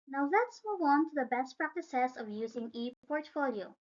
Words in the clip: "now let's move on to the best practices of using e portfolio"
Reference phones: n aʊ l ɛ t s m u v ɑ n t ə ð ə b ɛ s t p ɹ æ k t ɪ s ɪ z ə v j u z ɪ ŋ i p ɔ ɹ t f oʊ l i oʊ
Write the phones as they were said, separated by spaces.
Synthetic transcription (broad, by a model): n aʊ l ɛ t s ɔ w ɑ n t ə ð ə b ɛ s t p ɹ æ k t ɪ s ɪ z ə v j u z ɪ ŋ i p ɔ ɹ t f oʊ l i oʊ